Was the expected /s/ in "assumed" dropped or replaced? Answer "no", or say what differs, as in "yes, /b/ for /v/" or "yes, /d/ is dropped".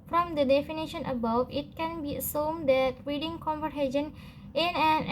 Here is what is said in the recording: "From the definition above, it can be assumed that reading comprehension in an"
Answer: no